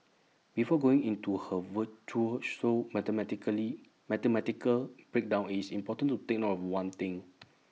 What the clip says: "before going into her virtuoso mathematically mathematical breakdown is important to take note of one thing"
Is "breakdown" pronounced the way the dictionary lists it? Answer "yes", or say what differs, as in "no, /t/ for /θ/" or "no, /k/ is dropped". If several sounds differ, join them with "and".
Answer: yes